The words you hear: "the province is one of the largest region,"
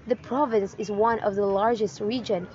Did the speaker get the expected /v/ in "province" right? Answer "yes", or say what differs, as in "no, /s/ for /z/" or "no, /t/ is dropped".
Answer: yes